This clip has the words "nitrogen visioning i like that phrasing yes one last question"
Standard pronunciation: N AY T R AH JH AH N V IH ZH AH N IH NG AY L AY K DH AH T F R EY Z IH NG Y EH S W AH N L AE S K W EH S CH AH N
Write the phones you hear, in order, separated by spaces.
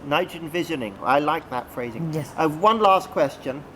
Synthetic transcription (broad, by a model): N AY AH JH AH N V IH ZH AH N IH NG AY L AY K DH AH T F R EY Z IH NG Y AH W AH N L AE S K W EH S CH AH N